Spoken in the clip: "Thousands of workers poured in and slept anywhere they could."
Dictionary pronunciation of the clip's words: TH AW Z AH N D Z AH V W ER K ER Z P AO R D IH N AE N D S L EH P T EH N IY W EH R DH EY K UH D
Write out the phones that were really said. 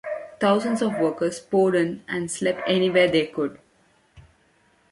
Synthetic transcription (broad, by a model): T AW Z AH N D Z AH V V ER K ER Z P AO D IH N AE N D S L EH P EH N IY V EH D EY K UH D